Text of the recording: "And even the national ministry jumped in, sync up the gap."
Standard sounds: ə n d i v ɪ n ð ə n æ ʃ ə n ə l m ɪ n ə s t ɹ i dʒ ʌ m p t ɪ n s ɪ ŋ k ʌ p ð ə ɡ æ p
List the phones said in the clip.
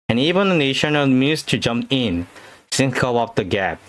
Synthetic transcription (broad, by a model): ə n i v ɪ n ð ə n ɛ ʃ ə n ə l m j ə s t i dʒ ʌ m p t ɪ n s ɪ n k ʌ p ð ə ɡ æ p